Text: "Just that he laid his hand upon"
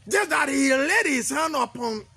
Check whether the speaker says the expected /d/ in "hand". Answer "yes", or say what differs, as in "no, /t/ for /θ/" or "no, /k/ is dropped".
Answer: no, /d/ is dropped